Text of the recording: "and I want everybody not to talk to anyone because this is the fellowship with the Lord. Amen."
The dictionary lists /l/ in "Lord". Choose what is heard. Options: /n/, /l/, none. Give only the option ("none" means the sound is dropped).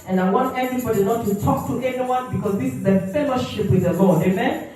/l/